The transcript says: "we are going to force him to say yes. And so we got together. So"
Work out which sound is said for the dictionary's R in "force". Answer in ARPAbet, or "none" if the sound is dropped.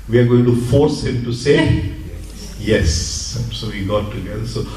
R